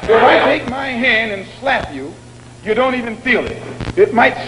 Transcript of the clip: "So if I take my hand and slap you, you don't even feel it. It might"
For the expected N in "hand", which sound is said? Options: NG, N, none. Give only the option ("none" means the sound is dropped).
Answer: N